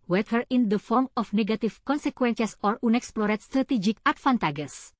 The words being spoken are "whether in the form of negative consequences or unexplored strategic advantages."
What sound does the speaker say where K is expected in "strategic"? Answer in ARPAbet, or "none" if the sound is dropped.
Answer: K